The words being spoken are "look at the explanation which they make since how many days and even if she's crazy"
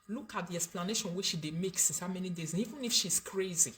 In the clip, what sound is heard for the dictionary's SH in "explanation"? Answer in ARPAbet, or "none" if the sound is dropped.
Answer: SH